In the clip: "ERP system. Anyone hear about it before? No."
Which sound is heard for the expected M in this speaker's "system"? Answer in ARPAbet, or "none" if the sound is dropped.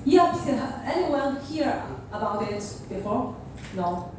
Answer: none